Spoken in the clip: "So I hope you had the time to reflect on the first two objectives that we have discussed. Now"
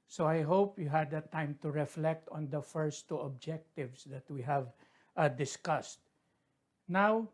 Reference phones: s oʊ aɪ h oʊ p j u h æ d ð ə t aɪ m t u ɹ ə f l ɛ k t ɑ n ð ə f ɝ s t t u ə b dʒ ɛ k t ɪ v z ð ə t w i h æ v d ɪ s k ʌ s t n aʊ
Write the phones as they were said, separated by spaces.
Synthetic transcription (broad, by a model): s oʊ aɪ h oʊ p j u h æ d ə t aɪ m t u ɹ ə f l ɛ k t ɑ n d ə f ɝ s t t u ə b dʒ ɛ k t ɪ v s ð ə t w i h æ v d ɪ s k ʌ s t n aʊ